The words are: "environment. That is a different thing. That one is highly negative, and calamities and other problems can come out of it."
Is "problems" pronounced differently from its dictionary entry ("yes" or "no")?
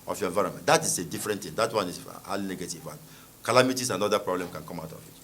yes